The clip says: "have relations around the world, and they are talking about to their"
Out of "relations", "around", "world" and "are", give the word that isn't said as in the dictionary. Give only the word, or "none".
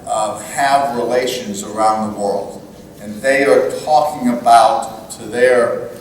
none